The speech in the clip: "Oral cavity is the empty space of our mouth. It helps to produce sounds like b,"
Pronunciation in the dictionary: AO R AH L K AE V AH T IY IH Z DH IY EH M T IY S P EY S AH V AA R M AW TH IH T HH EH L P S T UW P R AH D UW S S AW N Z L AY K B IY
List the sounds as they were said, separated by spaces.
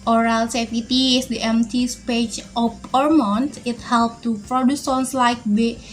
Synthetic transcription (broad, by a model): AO R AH L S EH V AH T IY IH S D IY EH M T IY S P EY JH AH P AA R M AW T IH T HH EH L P T UW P R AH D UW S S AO N S L AY K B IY